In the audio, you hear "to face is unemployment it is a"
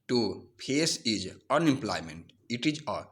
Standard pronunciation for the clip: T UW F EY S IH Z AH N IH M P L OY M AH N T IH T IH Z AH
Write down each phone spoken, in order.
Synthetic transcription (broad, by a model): T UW P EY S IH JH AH N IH M P L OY M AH N T IH T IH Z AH